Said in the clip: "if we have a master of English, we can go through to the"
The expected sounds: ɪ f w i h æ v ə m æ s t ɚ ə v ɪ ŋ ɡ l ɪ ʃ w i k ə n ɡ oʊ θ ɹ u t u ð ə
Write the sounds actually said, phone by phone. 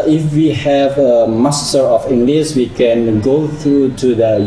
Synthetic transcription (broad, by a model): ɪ f w i h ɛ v ə m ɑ s t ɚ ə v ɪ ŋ ɡ l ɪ s w i k ə n ɡ oʊ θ ɹ u t u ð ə